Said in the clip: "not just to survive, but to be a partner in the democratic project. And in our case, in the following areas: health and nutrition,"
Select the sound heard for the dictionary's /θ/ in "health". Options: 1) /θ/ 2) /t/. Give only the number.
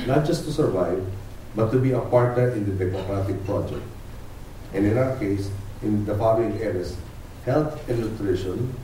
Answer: 2